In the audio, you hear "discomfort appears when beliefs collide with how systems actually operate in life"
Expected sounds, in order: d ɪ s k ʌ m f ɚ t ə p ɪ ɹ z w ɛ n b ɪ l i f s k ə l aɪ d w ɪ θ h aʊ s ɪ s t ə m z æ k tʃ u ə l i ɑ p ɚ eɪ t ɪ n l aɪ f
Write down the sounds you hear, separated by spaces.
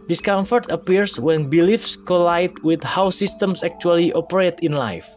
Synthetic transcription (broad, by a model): d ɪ s k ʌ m f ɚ t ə p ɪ ɹ s w ɛ n b ɪ l i f s k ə l aɪ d w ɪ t h aʊ s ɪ s t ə m s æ k tʃ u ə l i ɑ p ɚ eɪ t ɪ n l aɪ f